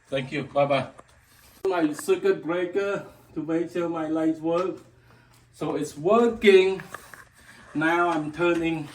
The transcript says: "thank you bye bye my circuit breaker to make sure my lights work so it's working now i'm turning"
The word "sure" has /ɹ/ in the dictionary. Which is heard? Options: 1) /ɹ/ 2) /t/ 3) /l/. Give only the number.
3